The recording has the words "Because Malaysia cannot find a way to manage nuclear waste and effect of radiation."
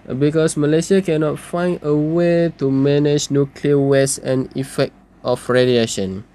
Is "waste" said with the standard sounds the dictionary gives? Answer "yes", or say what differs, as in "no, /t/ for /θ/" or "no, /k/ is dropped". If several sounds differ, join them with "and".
no, /t/ is dropped